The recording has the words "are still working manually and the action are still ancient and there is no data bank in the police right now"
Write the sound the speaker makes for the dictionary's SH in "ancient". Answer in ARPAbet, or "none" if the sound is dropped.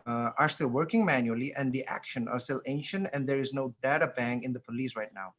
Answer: SH